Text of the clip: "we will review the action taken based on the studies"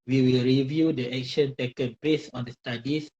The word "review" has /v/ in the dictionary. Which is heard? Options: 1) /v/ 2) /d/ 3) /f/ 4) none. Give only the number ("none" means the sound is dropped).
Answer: 1